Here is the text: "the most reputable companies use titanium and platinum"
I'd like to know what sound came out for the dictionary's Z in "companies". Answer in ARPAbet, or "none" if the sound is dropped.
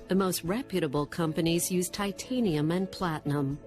Z